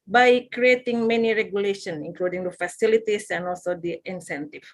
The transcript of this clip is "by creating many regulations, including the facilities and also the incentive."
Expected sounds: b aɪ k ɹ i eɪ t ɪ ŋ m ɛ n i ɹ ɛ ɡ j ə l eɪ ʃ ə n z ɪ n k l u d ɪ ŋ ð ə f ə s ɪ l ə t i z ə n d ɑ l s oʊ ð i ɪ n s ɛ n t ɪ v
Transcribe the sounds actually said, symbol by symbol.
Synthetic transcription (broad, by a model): b aɪ k ɹ i eɪ t ɪ ŋ m ɛ n i ɹ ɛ ɡ j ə l eɪ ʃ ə n ɪ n k l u d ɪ ŋ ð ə f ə s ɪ l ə t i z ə n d ɑ l s oʊ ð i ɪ n s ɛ n t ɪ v